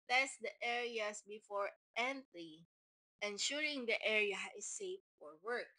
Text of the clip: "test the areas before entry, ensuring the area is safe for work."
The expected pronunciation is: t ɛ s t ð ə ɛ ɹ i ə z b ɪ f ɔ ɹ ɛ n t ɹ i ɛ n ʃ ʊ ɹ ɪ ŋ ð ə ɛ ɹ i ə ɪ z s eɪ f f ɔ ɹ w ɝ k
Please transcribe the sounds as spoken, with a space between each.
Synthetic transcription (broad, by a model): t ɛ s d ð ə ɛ ɹ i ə s b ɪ f ɔ ɹ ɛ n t l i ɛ n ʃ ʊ ɹ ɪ ŋ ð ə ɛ ɹ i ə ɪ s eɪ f f ɔ ɹ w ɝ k